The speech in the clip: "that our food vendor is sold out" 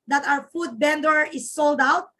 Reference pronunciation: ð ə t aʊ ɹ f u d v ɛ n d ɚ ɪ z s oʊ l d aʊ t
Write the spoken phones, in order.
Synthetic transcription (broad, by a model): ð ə t aʊ ɹ f u d b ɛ n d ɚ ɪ s oʊ l d aʊ t